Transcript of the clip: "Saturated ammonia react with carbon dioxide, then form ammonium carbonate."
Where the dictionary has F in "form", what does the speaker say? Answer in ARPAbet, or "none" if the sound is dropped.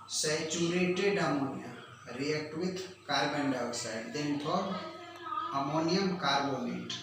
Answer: P